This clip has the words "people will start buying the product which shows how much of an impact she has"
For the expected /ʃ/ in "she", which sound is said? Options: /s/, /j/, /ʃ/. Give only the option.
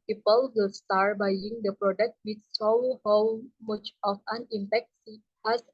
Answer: /s/